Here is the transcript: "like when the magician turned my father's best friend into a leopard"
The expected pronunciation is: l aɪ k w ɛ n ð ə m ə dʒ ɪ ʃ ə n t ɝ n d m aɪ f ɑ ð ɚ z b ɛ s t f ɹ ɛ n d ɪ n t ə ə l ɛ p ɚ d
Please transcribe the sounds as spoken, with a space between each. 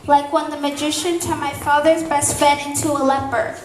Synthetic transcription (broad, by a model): l aɪ k w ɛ n ð ə m ə dʒ ɪ ʃ ə n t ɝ m aɪ f ɑ ð ɚ z b ɛ s t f ɛ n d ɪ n t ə ə l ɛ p ɚ